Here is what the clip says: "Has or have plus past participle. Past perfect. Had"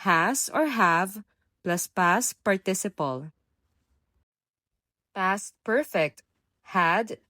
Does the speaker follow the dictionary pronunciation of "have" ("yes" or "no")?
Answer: yes